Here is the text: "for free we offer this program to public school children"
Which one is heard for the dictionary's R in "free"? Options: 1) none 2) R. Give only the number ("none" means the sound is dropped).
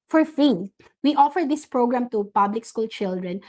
1